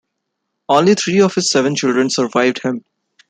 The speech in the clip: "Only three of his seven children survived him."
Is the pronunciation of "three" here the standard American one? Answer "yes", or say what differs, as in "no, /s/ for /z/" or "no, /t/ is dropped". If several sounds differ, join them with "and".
no, /t/ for /θ/